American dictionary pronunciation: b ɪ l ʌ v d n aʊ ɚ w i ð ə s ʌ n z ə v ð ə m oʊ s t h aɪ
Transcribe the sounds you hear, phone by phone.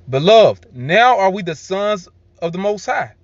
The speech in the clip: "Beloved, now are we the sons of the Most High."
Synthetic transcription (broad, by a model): b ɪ l ʌ v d n aʊ ɚ w i ð ə s ʌ n z ə v ð ə m oʊ s t h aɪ